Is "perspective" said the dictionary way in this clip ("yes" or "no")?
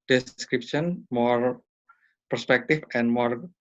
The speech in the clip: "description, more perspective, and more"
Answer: no